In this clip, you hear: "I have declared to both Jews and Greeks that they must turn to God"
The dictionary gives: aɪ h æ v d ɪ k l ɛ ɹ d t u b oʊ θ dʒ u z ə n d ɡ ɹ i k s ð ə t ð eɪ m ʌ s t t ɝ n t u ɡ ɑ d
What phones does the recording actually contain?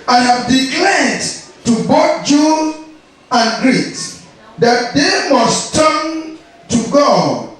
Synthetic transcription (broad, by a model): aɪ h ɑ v d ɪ k l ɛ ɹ d t u b oʊ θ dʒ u ə n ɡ ɹ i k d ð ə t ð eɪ m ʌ s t t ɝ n t u ɡ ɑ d